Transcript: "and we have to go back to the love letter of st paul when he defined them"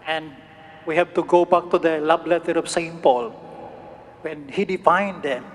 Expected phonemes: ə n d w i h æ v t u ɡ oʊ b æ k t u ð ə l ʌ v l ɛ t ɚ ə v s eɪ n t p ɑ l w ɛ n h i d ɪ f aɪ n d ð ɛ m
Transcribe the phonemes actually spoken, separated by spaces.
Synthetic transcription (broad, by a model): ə n d w i h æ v t u ɡ oʊ b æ k t u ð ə l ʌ b l ɛ t ɚ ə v s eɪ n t p ɑ l w ɛ n h i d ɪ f aɪ n d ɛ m